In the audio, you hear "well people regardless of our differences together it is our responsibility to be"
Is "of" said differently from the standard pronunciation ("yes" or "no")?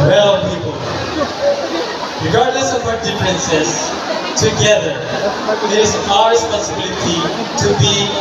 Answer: yes